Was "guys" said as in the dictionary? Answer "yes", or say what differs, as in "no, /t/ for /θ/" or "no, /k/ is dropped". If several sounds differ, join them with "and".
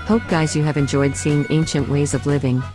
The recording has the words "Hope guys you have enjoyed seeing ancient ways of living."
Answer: yes